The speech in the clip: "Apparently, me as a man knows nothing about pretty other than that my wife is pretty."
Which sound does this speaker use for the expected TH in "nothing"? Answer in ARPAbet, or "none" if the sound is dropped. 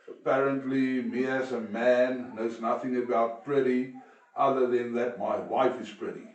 TH